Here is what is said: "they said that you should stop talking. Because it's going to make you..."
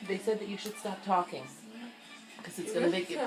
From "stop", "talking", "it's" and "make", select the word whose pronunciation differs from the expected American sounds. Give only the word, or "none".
none